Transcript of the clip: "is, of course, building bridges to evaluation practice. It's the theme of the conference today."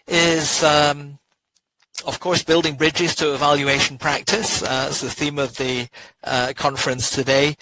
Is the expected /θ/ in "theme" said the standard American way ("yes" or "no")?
yes